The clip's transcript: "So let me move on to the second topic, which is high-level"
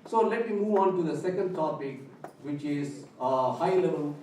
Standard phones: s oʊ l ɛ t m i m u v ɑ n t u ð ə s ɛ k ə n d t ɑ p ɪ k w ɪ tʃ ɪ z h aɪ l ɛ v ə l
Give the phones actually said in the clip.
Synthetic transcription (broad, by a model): s oʊ l ɛ t m i m u v ɑ n t u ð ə s ɛ k ə n d t ɑ p ɪ k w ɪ tʃ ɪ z h aɪ l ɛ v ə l